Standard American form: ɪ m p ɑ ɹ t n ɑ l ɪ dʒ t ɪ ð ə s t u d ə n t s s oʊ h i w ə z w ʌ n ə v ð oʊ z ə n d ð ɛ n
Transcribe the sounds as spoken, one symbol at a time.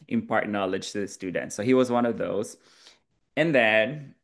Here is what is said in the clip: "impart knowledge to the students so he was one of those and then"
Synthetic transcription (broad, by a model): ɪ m p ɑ ɹ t n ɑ l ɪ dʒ t ɪ ð ə s t u d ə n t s s oʊ h i w ə z w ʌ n ə v ð oʊ z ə n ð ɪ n